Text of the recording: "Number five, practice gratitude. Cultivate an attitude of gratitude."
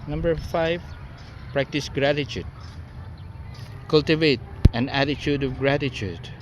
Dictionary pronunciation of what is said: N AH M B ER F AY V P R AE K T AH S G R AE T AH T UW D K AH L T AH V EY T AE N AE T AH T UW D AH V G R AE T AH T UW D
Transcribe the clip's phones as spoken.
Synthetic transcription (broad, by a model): N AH M B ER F AY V P R AE K T AH S G R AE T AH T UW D K AH L T AH V EY T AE N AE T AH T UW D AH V G R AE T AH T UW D